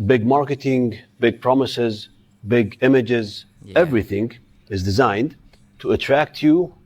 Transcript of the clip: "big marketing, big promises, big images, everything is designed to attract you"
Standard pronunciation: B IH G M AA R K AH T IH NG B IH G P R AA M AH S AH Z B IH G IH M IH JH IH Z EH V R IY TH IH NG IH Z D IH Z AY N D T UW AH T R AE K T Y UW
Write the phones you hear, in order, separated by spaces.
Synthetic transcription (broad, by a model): B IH G M AA R K AH T IH NG B IH G P R AA M AH S AH Z B IH G IH M IH JH IH Z EH V R IY TH IH NG IH Z D IH Z AY N D T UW AH T R AE K T Y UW